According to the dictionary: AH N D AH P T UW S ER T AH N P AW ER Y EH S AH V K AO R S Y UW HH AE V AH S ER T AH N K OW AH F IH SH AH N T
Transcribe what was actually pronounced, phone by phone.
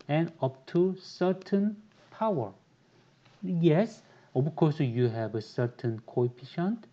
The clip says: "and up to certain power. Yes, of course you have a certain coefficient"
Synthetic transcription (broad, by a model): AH N AH P T UW S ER T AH N P AW ER Y EH S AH B K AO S Y UW HH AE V AH S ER T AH N K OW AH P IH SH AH N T